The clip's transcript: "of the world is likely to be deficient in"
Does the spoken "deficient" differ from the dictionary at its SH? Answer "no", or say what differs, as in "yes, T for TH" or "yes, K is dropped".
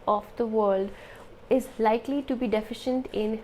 no